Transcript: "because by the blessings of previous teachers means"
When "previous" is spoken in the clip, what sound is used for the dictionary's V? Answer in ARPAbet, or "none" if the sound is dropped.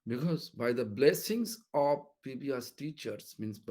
B